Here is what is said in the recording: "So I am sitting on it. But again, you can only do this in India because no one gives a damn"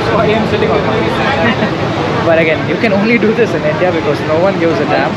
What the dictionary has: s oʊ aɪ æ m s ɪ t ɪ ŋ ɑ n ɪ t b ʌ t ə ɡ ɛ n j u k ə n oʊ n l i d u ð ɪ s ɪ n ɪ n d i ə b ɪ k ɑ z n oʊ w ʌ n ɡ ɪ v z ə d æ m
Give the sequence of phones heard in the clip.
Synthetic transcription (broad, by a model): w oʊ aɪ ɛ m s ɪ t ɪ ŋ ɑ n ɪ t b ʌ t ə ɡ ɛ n j u k ə n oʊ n l i d u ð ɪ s ɪ n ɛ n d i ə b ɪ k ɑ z n oʊ w ʌ n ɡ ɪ z ə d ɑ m